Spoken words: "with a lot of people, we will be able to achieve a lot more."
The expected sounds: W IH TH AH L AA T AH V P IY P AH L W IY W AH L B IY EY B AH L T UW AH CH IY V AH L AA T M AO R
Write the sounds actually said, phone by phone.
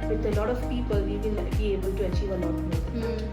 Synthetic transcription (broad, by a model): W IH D AH L AA T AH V P IY P AH L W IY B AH N B IY EY B AH L T UW AH CH IY V AH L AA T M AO